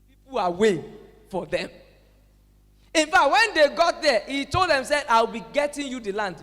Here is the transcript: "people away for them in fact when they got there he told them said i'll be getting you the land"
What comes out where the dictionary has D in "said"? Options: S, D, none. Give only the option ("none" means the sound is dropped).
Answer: none